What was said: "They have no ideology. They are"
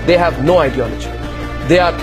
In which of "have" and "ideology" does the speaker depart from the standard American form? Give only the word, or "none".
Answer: none